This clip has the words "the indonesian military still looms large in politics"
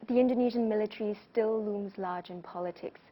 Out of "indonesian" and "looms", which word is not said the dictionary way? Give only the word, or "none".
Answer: none